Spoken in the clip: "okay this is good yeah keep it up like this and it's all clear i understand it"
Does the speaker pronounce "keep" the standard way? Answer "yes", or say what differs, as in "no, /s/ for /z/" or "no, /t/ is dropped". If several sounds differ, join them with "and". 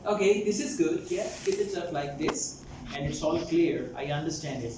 no, /f/ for /p/